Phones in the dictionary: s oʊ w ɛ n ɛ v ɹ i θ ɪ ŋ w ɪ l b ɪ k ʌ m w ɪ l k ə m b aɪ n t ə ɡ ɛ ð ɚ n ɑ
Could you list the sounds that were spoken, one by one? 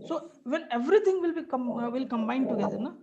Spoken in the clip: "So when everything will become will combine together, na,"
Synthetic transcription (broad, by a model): s oʊ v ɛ n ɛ v ɹ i t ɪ ŋ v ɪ l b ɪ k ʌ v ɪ l k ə m b aɪ n t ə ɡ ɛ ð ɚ n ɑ